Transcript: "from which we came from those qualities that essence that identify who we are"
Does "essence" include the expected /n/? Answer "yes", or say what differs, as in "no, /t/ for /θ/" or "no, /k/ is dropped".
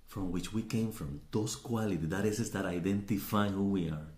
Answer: no, /n/ is dropped